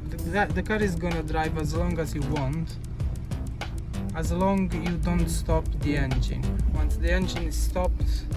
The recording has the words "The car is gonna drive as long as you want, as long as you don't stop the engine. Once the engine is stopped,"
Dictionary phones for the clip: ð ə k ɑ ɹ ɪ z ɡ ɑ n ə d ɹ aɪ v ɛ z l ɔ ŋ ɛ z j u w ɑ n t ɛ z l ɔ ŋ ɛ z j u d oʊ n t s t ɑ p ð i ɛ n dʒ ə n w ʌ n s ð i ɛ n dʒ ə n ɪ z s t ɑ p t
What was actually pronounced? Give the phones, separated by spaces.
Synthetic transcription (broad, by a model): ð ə k ɑ ɹ ɪ z ɡ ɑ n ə d ɹ aɪ v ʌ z l ɔ ŋ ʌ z j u w ɑ n t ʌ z l ɔ ŋ j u d oʊ n t s t ɑ p ð i ɛ n dʒ ə n w ʌ n s ð i ɛ n dʒ ə n ɪ z s t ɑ p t